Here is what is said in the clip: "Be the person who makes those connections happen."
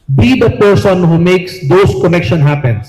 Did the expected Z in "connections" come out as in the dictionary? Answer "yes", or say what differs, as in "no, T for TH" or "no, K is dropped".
no, Z is dropped